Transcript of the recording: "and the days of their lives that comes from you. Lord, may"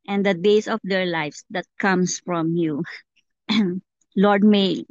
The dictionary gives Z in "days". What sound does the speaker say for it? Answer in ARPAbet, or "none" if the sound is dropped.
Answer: S